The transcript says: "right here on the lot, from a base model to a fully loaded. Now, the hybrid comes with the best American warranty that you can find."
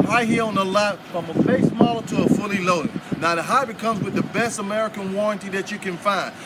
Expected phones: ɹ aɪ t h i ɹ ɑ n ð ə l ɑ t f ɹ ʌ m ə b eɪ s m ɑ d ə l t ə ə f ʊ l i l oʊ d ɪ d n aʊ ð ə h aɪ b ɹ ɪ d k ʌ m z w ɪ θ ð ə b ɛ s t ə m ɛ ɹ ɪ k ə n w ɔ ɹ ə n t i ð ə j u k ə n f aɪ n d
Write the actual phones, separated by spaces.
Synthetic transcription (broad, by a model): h aɪ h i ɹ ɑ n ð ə l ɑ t f ɹ ʌ m ə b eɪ s m ɑ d l t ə ə f ʊ l i l oʊ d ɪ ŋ n aʊ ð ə h aɪ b ɪ k ʌ m z w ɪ ð ə b ɛ s t ə m ɛ ɹ ɪ k ə n w ɔ ɹ ə n t i ð ə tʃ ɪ k ə n f aɪ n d